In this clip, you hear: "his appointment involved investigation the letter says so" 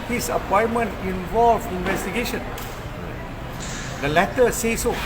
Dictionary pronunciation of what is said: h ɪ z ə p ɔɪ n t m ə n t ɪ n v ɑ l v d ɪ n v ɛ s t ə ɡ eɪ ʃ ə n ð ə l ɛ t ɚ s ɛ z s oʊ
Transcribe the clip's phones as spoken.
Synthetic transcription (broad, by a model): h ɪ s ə p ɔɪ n m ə n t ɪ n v ɑ l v ɪ n v ɛ s t ə ɡ eɪ ʃ ə n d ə l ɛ t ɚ s ɛ s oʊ